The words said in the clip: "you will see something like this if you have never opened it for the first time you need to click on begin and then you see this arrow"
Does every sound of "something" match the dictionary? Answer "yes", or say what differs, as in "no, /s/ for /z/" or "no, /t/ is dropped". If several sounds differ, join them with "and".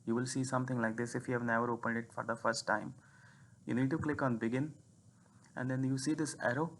no, /t/ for /θ/